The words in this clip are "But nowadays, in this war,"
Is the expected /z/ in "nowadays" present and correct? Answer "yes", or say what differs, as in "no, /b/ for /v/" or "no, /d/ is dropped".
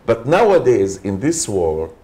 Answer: yes